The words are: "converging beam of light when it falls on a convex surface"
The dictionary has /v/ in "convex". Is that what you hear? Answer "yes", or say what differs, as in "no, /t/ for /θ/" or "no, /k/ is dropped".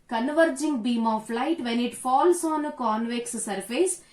yes